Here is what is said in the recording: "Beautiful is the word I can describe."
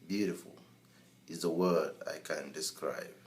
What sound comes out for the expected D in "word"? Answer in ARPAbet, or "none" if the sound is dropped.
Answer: D